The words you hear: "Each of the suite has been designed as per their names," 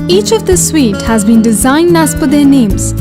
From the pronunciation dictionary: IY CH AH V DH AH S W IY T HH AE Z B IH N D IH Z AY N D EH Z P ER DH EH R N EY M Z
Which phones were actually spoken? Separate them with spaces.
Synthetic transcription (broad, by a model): IY CH AH V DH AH S W IY T HH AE Z B IH N D IH Z AY N D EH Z F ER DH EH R N EY M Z